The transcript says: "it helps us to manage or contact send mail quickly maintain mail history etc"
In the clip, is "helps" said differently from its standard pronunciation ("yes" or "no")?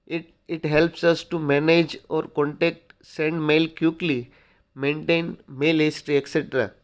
no